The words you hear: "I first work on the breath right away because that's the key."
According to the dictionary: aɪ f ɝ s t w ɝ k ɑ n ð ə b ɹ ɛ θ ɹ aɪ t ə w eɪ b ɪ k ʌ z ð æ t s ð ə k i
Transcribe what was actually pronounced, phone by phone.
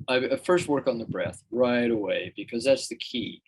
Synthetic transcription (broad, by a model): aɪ f ɝ s t w ɝ k n ð ə b ɹ ɛ θ ɹ aɪ t ə w eɪ b ɪ k ʌ z ð æ t s ð ə k i